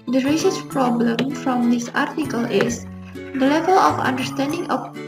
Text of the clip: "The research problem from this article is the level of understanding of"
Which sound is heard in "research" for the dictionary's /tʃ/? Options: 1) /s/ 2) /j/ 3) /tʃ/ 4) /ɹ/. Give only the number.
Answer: 1